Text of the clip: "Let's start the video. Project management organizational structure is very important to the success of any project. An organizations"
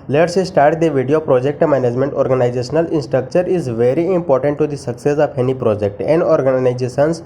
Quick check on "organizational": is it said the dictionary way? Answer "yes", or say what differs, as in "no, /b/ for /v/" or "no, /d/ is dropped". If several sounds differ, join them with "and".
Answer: no, /l/ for /n/ and /n/ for /l/